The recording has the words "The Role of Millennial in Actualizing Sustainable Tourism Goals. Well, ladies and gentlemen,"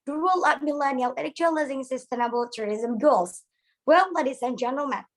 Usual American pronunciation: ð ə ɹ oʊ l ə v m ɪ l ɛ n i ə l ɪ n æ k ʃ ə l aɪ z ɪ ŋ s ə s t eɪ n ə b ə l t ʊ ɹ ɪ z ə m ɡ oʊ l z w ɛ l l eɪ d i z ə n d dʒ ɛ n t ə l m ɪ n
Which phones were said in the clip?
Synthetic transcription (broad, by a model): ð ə ɹ oʊ l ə p m ɪ l ɛ n i ə l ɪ l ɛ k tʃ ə l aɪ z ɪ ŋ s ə s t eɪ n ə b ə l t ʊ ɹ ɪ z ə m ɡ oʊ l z w ɛ l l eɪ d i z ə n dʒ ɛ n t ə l m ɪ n